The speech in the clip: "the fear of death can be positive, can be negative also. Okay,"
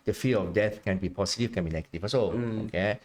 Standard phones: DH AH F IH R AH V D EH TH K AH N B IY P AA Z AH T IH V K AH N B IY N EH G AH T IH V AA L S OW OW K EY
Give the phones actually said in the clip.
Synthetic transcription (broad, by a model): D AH F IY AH F D EH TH K AH N B IY P AA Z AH T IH F K AH N B IY N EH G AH T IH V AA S OW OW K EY